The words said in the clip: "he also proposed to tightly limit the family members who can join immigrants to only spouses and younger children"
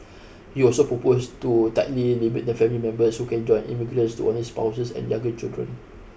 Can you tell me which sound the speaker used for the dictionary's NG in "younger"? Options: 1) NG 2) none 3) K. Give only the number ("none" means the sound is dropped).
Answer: 2